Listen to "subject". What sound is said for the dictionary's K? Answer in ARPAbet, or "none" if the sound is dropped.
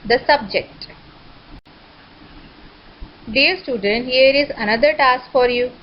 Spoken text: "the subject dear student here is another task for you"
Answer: K